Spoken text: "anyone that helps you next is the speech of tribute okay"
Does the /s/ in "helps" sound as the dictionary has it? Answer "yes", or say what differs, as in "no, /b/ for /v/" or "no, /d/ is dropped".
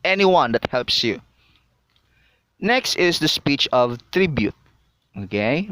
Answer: yes